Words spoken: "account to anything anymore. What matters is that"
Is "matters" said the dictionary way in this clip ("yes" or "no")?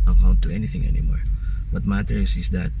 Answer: no